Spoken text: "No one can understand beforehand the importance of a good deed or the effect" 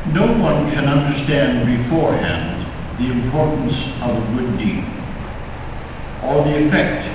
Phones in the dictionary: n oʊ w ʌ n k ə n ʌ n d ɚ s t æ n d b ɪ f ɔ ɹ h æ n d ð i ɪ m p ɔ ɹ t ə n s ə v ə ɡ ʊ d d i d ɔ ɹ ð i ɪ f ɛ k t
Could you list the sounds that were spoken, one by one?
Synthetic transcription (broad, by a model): n oʊ w ʌ n k ə n ʌ n d ɚ s t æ n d b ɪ f ɔ ɹ h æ n ð i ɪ m p ɔ ɹ t n s ə v ə ɡ ʊ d d i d ɔ l ð i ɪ f ɛ k t